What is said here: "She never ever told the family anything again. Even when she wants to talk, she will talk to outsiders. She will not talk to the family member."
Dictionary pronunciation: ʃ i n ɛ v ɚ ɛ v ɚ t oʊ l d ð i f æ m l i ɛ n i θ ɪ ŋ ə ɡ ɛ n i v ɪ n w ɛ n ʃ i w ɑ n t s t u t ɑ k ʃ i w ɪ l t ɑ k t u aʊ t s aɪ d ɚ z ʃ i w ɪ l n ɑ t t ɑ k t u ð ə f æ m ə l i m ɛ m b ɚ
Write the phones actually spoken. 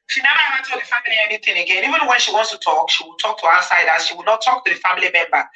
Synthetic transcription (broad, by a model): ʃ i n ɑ ɑ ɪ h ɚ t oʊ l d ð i f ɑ m l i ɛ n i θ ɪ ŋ ə ɡ ɛ n i v ɪ n w ɛ n ʃ i w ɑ n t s t u t ɑ k ʃ i w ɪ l t ɑ k t u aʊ s aɪ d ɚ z ʃ i w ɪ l n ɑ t t ɑ k t u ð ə f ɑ m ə l i m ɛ m b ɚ